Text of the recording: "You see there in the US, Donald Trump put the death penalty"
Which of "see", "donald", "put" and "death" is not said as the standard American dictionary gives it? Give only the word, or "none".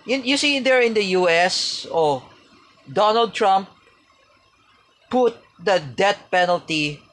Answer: death